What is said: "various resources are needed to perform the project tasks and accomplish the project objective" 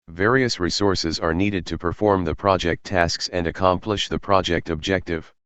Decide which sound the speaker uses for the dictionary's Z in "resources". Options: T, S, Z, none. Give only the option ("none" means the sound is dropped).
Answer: Z